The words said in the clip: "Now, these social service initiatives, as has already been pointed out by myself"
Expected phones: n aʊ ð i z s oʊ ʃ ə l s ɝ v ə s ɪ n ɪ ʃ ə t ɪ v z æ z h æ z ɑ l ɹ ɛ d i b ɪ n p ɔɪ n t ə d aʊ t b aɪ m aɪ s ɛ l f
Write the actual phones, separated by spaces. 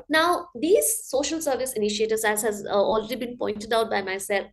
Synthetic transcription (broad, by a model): n aʊ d i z s oʊ ʃ ə l s ɝ v ə s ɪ n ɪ ʃ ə t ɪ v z æ z h æ z ɑ l ɹ ɛ d i b ɪ n p ɔɪ n t ə d aʊ t b aɪ m aɪ s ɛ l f